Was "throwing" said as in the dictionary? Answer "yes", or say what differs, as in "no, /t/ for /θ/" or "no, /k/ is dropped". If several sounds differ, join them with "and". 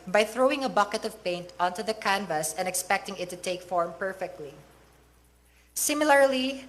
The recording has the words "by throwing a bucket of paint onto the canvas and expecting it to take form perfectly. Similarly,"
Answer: yes